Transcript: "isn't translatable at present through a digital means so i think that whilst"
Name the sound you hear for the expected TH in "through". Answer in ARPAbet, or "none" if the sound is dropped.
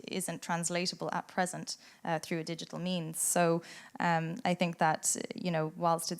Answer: TH